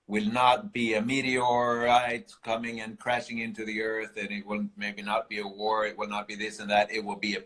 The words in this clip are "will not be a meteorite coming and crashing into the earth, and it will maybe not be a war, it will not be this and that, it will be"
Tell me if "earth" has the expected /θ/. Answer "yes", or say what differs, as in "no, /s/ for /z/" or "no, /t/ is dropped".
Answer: yes